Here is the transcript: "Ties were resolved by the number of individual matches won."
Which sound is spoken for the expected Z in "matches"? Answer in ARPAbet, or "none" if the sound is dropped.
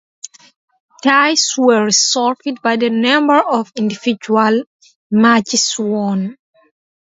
S